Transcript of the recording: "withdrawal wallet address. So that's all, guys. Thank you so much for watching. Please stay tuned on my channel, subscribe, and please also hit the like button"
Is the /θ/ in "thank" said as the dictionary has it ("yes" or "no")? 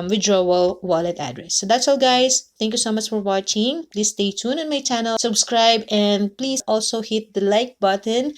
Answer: no